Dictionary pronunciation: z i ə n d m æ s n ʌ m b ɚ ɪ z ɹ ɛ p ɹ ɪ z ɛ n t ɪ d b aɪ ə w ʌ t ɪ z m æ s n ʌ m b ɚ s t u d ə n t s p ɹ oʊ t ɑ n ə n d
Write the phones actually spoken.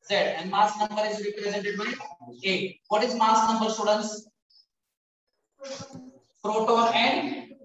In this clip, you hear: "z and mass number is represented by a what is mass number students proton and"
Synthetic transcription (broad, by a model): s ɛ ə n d m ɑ s n ʌ m b ɚ ɪ z ɹ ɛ p ɹ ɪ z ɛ n t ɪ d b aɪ ə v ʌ t ɪ z m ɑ s n ʌ m b ɚ s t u d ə n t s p ɹ oʊ t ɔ ə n d